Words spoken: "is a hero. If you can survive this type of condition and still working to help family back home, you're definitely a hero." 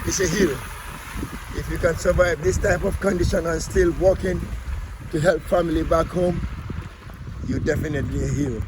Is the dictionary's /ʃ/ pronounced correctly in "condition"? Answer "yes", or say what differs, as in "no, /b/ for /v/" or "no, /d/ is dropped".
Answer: yes